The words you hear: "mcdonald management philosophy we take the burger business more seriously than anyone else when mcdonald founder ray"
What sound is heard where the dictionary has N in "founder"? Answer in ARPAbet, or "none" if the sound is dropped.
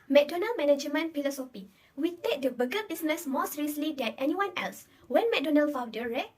none